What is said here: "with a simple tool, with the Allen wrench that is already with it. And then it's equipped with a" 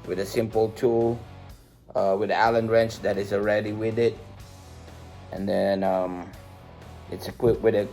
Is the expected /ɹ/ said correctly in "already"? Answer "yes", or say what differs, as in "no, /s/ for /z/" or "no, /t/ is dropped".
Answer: yes